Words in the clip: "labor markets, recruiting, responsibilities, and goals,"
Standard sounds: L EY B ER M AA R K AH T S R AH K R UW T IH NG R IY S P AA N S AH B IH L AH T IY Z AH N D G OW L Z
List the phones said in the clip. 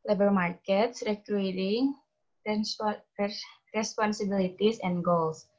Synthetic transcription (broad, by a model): L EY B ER M AA R K AH T S R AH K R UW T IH NG R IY S P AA N S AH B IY L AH T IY S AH N G OW L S